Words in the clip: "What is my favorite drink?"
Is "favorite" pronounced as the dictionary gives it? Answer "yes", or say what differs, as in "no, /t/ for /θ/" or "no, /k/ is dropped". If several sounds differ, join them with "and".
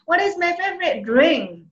yes